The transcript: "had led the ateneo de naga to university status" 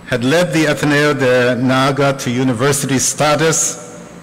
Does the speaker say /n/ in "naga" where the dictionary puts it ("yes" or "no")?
yes